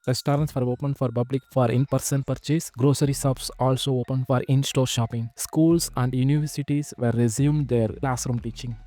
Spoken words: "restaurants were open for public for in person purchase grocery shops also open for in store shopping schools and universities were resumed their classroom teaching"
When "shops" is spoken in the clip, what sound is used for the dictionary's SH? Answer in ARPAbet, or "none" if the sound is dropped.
S